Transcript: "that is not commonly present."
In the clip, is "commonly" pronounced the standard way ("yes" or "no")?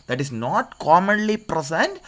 yes